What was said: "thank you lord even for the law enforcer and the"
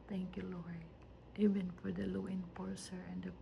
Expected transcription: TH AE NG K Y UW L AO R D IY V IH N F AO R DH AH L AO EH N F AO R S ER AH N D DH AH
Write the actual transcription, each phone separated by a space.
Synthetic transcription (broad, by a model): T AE NG K Y UW L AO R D IY V IH N F AO R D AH L AO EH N P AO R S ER AH N D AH